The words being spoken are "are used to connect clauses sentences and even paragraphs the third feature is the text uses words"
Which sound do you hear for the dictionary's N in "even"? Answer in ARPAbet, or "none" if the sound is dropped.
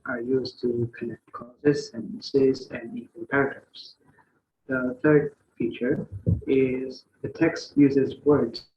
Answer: L